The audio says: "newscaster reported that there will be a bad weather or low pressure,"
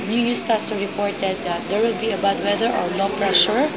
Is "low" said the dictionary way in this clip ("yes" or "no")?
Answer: no